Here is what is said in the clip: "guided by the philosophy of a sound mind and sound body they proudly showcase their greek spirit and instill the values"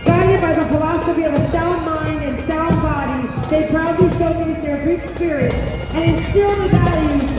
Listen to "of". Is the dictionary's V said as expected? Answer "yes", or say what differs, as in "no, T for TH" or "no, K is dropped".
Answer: yes